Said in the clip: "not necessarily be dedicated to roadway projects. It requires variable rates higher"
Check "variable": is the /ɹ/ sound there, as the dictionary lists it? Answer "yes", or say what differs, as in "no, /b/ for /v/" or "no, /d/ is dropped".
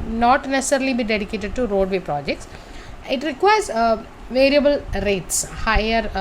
yes